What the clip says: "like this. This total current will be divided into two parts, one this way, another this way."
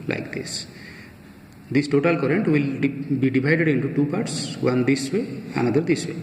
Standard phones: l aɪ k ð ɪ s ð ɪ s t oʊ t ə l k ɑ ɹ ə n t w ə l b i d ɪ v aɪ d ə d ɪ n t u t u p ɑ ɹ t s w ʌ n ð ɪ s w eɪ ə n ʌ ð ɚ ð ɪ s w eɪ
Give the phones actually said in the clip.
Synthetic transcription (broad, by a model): l aɪ k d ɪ s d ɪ s t oʊ t ə l k ɑ ɹ ə n t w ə l b i d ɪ b aɪ d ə d ɪ n t u t u p ɑ ɹ t s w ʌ n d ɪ s w eɪ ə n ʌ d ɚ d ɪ s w eɪ